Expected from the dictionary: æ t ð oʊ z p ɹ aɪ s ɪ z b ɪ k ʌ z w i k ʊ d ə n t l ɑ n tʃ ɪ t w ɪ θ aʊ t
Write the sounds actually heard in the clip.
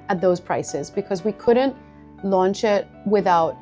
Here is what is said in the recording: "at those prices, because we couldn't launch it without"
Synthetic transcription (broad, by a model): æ t ð oʊ z p ɹ aɪ s ɪ z b ɪ k ʌ z w i k ʊ d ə n t l ɑ n tʃ ɪ t w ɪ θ aʊ t